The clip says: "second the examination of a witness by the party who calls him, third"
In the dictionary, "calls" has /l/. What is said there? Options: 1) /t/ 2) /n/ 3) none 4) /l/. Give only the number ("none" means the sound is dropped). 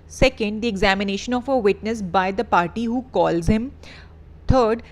4